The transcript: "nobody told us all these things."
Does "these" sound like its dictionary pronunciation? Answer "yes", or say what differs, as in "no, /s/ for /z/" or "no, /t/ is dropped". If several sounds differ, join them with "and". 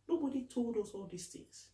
no, /s/ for /z/